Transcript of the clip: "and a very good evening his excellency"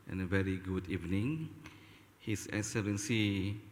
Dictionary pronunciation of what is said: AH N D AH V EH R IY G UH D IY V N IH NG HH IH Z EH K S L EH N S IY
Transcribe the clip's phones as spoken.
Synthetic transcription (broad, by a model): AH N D AH V EH R IY G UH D IY V N IH NG HH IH S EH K S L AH N S IY